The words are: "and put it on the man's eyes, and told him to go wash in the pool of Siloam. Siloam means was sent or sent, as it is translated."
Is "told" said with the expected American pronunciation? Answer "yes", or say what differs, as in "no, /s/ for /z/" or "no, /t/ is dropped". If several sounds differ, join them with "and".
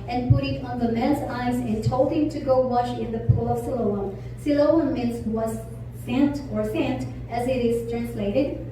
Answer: no, /d/ is dropped